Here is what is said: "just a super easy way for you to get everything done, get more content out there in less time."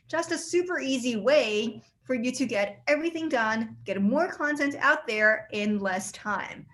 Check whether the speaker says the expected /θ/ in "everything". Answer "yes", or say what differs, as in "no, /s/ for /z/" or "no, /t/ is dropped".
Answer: yes